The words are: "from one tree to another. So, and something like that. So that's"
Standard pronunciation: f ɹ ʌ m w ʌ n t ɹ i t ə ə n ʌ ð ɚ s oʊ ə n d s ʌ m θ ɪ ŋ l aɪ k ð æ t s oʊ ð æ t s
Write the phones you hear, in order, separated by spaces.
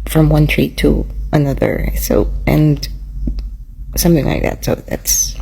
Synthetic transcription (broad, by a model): f ɹ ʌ m w ʌ n t ɹ i t ə ə n ʌ ð ɚ s oʊ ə n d s ʌ m θ ɪ ŋ l aɪ k ð æ t s oʊ ð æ t s